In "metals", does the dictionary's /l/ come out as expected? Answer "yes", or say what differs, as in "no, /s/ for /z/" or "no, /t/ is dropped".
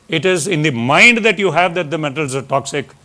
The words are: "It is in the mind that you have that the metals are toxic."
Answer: yes